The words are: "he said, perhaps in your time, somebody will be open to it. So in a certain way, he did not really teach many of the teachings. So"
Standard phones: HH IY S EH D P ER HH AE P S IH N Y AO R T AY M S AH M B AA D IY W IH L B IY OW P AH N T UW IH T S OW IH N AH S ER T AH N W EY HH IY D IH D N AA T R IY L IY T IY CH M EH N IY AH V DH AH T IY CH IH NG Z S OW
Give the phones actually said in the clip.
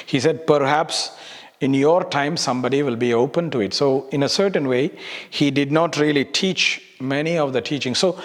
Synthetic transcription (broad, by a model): HH IY S EH D P ER HH AE P S IH N Y AO R T AY M S AH M B AA D IY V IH L B IY OW P AH N T UW IH T S OW IH N AH S ER T AH N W EY HH IY D IH D N AA T R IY L IY T IY CH M EH N IY AH V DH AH T IY CH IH NG S OW